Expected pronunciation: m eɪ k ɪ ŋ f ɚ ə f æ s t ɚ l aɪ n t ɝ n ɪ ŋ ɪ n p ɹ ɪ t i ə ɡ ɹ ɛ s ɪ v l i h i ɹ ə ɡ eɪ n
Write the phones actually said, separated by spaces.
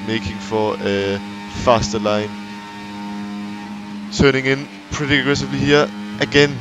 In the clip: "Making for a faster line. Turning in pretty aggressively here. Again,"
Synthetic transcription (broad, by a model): m eɪ k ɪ ŋ f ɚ ə f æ s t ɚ l aɪ n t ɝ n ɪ ŋ ɪ n p ɹ ɪ t i ə ɡ ɹ ɛ s ɪ v l i h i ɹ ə ɡ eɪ n